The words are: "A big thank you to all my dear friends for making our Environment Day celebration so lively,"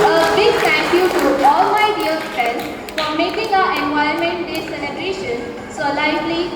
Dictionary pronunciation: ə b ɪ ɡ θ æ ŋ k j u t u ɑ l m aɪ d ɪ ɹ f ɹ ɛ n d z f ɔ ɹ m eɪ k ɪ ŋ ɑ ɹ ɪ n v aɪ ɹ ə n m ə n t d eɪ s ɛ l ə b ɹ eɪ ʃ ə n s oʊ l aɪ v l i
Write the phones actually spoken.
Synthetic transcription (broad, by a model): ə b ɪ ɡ t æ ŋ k j u t u ɑ l m aɪ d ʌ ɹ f ɹ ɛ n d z f ɔ ɹ m eɪ k ɪ ŋ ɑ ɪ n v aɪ ə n m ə n t d eɪ s ɛ l ə b ɹ eɪ ʃ ə n s oʊ l aɪ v l i